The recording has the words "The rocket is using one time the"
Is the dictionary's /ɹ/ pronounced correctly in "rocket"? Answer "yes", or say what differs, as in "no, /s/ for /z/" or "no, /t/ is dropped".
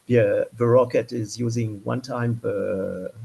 yes